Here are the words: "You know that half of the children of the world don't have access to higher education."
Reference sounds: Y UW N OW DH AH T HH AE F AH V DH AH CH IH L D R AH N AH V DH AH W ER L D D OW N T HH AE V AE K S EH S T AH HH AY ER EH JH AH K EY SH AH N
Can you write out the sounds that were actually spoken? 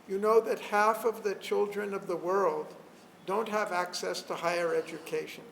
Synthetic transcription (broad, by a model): Y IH N OW DH AH T HH AE F AH V DH AH CH IH L D R AH N AH V DH AH W ER L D D OW N T HH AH V AE K S EH S T AH HH AY ER EH JH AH K EY SH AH N